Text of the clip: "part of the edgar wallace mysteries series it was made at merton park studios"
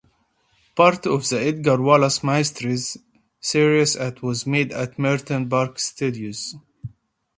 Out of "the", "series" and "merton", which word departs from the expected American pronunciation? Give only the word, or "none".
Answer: series